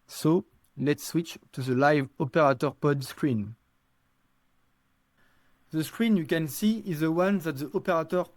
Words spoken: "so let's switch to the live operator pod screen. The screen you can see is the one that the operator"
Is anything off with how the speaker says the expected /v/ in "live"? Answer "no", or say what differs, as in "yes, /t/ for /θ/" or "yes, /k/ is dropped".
no